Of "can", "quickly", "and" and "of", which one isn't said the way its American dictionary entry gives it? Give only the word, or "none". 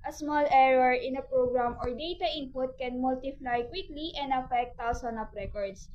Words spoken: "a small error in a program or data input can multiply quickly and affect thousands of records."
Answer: of